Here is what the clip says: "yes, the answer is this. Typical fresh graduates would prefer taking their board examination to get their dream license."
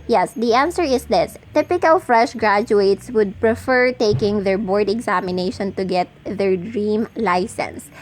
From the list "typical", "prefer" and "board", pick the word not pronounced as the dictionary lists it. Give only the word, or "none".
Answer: none